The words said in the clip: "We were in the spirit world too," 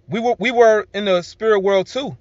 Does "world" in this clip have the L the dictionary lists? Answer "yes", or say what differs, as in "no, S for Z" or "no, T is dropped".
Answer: yes